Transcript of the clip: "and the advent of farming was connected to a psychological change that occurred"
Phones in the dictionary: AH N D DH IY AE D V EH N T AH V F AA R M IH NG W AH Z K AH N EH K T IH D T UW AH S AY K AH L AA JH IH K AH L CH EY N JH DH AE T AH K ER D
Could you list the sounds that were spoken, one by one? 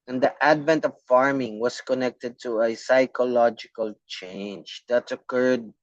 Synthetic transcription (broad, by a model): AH N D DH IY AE D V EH N T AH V F AA R M IH NG W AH S K AH N EH K T IH D T UW AH S AY K AH L AA JH IH K AH L CH EY N JH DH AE T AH K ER D